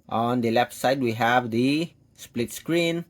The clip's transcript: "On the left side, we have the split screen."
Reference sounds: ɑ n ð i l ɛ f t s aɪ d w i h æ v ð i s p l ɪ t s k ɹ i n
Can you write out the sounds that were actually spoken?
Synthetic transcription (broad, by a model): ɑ n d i l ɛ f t s aɪ d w i h æ v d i s p l ɪ t s k ɹ i n